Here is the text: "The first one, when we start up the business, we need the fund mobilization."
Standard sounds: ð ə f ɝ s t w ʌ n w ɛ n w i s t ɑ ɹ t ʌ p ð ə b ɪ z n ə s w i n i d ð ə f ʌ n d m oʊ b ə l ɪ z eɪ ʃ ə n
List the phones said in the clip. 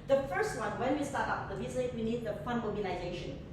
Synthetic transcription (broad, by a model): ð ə f ɝ s t w ʌ n w ɛ n w i s t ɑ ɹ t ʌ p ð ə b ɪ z ə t w i n i d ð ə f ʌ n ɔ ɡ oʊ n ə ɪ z eɪ ʃ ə n